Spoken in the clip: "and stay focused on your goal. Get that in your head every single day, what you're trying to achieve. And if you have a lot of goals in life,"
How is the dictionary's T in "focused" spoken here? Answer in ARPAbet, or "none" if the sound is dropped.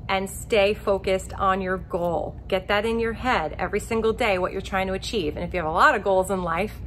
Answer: T